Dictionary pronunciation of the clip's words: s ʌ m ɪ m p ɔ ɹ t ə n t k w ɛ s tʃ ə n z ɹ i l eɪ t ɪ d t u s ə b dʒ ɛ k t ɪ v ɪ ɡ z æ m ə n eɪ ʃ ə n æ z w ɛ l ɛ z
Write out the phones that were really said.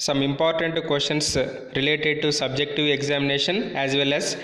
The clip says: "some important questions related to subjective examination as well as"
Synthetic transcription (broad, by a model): s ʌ m ɪ m p ɔ ɹ t ə n t k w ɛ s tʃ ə n s ɹ i l eɪ t ɪ d t u s ə b dʒ ɛ k t ɪ v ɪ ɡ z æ m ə n eɪ ʃ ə n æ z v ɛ l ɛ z